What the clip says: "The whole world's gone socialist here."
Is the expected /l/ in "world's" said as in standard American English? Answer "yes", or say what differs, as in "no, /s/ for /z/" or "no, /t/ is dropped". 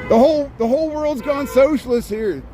yes